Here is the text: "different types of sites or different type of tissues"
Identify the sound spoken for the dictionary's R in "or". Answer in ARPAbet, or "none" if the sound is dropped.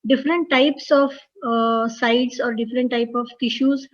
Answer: R